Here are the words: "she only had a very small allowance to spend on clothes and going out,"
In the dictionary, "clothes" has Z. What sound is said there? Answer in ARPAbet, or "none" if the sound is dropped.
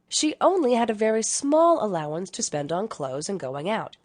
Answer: Z